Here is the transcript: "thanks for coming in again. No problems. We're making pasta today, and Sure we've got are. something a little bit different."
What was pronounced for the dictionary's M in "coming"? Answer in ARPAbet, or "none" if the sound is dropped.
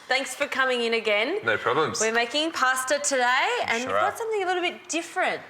M